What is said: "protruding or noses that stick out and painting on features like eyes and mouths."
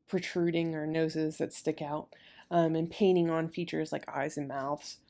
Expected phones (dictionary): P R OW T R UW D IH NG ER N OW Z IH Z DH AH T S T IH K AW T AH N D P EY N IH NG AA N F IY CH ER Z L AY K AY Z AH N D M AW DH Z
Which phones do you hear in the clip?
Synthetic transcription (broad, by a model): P R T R UW D IH NG ER N OW Z IH Z DH AH T S T IH K AW T AH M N P EY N IH NG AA N F IY CH ER Z L AY K AY Z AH N M AW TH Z